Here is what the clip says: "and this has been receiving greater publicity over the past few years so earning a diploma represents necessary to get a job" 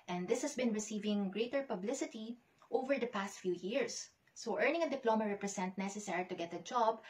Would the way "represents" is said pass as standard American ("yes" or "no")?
no